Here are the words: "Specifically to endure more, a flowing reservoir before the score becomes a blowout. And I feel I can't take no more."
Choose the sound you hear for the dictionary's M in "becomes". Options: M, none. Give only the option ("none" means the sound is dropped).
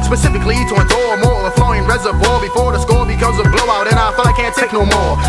none